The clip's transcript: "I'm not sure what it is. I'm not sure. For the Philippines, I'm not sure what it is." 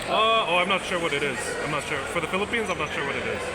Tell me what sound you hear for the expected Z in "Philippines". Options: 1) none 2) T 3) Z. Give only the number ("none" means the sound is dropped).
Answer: 3